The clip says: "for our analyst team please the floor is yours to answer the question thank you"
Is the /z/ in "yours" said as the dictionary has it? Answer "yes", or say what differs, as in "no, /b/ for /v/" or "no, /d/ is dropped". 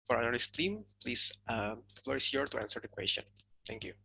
no, /z/ is dropped